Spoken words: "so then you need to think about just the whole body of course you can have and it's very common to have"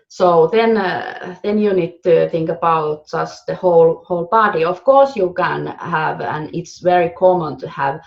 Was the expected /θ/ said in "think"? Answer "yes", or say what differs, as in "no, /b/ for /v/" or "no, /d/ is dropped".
yes